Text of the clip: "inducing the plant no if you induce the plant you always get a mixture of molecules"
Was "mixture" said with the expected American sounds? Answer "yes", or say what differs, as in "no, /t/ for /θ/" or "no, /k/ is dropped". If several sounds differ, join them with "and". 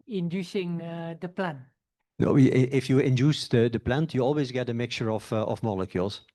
no, /s/ is dropped